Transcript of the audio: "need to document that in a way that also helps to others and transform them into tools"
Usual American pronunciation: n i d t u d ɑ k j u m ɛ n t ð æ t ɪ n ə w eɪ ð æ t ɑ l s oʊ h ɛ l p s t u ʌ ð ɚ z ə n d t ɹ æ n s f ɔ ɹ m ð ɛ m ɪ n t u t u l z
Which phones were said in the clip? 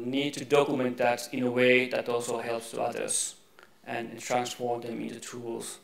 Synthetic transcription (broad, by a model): n i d t u d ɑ k j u m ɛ n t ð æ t ɪ n ə w eɪ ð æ t ɑ l s oʊ h ɛ l p s t u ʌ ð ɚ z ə n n t ɹ æ n s f ɔ ɹ m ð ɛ m ɪ n t u t u l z